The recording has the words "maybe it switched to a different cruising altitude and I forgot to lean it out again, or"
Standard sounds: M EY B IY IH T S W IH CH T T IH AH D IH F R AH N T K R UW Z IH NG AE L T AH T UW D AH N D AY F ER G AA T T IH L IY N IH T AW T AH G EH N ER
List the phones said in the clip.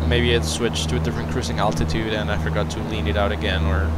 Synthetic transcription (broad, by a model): M EY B IY IH T S W IH CH T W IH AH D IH R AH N K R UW S IH NG AE L T AH T UW D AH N AY F ER G AA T T IH L IY N IH T AW T AH G EH N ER